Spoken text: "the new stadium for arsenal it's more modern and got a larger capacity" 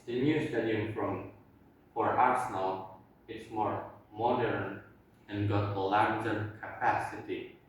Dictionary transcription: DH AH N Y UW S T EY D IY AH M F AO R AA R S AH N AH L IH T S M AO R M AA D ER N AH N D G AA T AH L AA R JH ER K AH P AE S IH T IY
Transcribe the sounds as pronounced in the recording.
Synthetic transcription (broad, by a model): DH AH N Y UW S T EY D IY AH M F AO R AA R S AH N AH L IH T S M AO R M AA D ER N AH N G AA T AH L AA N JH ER K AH P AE S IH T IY